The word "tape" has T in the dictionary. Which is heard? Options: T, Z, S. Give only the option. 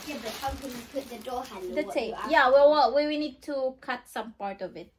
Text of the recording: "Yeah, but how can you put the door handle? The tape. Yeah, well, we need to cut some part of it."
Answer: S